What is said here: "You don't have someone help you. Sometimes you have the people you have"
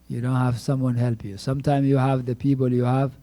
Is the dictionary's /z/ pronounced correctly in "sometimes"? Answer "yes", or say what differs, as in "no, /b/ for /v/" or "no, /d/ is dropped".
no, /z/ is dropped